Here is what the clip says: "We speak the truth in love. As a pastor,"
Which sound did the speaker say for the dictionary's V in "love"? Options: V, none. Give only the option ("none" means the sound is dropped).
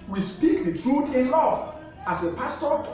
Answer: none